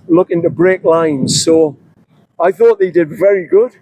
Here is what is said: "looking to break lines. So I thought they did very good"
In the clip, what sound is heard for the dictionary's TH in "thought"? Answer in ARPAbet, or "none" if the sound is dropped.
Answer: TH